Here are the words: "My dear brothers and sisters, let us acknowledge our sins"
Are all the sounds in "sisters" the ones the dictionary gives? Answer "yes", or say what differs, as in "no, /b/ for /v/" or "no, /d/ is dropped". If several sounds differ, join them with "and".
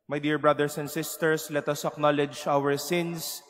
no, /s/ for /z/